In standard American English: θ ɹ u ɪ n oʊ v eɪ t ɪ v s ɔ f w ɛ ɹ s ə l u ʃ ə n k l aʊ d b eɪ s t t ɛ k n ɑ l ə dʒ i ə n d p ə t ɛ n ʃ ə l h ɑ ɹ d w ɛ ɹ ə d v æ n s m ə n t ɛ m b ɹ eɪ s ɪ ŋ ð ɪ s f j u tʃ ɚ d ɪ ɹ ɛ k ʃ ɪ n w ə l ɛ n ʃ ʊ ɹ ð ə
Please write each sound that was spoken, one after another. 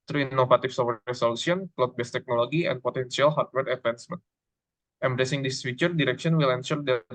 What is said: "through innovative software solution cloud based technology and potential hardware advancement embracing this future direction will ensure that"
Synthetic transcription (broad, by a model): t ɹ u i n oʊ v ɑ t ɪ f s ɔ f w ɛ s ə l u s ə n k l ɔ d b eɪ s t t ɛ k n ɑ l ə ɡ i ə n p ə t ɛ n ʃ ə l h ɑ ɹ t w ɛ ɹ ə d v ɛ n s m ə n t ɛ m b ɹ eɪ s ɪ ŋ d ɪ s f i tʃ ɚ d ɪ ɹ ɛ k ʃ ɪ n w ə l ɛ n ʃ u ɹ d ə